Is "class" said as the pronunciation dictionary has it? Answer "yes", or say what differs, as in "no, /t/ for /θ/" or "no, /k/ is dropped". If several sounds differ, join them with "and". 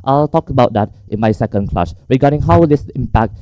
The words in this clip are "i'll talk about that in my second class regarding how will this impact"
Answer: no, /ʃ/ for /s/